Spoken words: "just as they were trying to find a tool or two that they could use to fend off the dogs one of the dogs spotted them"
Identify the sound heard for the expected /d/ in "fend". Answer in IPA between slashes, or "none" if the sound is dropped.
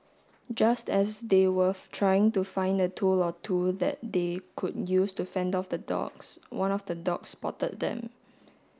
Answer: /d/